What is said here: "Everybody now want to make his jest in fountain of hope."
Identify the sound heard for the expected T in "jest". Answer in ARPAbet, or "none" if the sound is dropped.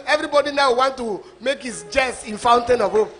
none